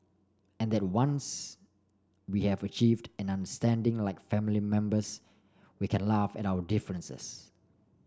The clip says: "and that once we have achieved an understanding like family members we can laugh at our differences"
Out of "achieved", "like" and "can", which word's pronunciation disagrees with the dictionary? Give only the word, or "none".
none